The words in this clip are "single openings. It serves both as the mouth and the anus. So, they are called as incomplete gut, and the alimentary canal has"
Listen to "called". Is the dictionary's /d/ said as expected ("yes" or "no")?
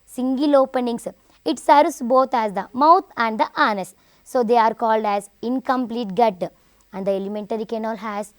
yes